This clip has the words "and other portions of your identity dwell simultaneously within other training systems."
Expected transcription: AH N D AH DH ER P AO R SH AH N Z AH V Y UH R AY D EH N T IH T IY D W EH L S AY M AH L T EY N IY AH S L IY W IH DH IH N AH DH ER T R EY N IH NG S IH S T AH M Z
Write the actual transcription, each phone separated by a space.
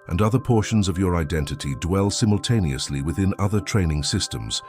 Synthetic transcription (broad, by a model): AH N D AH DH ER P AO R SH AH N Z AH V Y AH R AY D EH N T IH T IY D W EH L S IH M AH L T EY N IY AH S L IY W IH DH IH N AH DH ER T R EY N IH NG S IH S T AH M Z